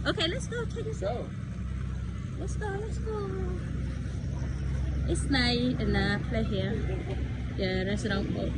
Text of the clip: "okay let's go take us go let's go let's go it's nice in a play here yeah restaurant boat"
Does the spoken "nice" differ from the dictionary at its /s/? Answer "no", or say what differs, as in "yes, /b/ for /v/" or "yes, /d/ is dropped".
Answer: yes, /s/ is dropped